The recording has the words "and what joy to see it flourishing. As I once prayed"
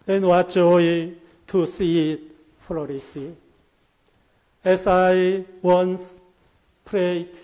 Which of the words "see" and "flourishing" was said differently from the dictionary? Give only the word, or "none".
flourishing